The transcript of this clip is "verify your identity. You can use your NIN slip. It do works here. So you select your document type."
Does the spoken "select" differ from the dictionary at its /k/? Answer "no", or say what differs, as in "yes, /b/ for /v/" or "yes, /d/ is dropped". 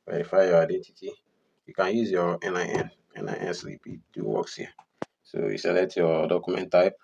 yes, /k/ is dropped